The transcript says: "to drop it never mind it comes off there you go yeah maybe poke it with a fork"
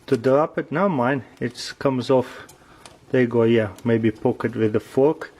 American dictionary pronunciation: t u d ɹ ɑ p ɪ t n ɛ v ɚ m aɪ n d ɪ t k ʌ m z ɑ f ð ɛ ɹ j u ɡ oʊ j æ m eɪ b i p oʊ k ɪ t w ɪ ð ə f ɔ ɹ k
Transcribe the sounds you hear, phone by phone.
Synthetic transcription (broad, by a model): t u d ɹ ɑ p ɪ t n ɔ ʊ m aɪ n ɪ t k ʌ m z ɑ f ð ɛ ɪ ɡ oʊ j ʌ m eɪ b i p oʊ k ɪ t w ɪ ð ə f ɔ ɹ k